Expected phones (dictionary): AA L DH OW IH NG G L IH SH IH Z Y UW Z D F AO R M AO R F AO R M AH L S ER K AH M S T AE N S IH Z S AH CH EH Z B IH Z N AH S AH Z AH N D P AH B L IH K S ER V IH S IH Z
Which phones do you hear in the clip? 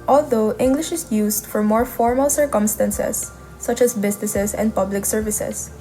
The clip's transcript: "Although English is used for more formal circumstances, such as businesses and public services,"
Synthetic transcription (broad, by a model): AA L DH OW IH NG G L IH SH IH S Y UW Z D F AO R M AO R F AO R M AH L S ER K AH M S T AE N S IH S AH CH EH S B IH S N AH S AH S AH N D P AH B L IH K S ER V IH S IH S